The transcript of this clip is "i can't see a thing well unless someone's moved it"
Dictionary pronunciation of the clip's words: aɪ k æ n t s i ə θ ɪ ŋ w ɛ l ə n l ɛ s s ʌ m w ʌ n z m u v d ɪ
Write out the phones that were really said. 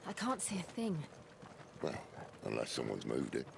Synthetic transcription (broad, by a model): aɪ k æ n t s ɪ ə θ ɪ ŋ w ɛ l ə n l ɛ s s ʌ m w ʌ n z m u v d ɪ